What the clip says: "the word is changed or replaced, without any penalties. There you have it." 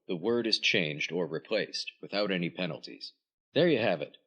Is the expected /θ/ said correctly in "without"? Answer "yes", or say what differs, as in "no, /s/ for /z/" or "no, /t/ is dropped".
yes